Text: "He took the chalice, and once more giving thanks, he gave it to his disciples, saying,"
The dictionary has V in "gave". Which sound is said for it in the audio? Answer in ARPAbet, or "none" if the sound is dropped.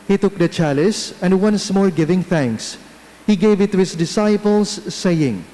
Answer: V